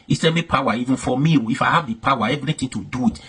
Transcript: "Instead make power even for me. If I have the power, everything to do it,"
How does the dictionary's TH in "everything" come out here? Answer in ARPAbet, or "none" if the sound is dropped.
T